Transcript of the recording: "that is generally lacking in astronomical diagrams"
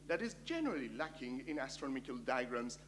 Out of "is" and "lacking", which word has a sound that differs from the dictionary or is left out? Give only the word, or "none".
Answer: none